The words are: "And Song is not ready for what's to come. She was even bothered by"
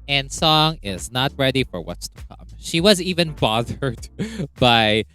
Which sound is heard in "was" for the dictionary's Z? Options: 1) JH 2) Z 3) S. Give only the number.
2